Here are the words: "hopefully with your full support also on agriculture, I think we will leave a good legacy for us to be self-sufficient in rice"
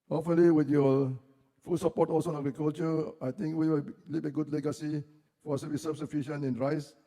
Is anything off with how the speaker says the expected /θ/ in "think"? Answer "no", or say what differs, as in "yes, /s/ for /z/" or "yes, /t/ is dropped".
yes, /t/ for /θ/